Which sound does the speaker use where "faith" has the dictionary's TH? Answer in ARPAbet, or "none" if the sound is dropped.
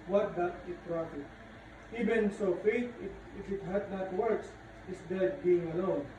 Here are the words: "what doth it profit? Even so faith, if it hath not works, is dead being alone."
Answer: T